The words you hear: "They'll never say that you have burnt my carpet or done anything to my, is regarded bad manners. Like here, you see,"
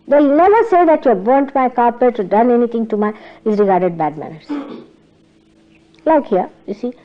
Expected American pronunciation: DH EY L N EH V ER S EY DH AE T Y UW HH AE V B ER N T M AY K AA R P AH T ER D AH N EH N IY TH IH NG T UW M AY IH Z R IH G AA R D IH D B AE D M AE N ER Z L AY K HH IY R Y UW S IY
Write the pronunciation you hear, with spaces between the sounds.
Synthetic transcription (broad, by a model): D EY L N EH V ER S EY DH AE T Y UW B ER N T M AY K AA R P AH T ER D AH N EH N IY T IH NG T UW M AY IH Z R IH G AA R D IH D B AE D M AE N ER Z L AY K HH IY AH Y UW S IY